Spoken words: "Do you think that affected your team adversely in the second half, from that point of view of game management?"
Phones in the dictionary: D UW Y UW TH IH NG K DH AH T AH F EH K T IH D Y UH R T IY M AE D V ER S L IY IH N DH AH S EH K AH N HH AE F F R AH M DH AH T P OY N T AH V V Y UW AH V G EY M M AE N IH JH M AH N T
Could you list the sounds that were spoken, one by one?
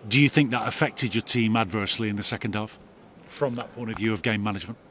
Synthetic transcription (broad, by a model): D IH Y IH TH IH NG K DH AH T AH F EH K T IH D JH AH R T IY M AE D V ER S L IY IH N DH AH S EH K AH N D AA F F R AH M DH AH T P OY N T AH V V Y UW AH V G EY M M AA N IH JH M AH N T